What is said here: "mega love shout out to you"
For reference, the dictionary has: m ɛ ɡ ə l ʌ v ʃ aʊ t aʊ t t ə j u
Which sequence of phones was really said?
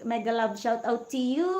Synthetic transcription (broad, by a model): m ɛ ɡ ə l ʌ b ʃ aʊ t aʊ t t ə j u